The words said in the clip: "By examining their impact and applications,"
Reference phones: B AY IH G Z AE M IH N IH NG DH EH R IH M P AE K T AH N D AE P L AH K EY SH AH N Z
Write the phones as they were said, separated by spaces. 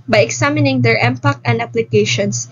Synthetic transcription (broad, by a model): B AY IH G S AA M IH N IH NG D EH R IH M P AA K AH N D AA P L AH K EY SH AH N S